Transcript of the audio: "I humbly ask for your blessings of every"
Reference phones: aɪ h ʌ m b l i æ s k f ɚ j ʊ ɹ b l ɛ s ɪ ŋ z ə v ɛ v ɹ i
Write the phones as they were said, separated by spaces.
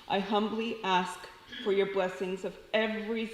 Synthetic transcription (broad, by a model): aɪ h ʌ m b l i æ s k f ɚ j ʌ ɹ b l ɛ s ɪ ŋ z ə v ɛ v ɹ i